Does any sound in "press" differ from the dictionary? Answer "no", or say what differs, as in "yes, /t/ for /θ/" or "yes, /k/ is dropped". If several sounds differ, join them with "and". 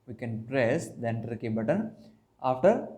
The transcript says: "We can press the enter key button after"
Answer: no